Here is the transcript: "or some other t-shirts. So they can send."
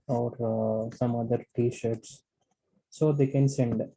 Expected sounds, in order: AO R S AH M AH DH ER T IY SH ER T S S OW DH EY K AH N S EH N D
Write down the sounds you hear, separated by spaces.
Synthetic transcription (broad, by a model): AO R S AH M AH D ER T IY SH ER T S S OW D EY K AH N S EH N D